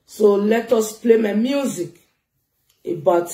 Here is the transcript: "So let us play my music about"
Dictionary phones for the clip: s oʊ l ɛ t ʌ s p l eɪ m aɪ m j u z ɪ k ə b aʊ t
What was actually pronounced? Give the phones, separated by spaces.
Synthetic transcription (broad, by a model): s oʊ l ɛ t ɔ s p l eɪ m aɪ m j u z ɪ k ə b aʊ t